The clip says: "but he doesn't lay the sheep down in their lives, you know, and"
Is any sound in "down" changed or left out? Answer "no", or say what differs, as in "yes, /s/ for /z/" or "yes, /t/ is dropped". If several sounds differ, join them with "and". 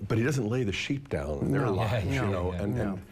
yes, /n/ is dropped